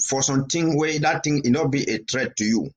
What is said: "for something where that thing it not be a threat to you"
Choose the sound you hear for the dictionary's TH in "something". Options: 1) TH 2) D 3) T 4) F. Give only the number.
3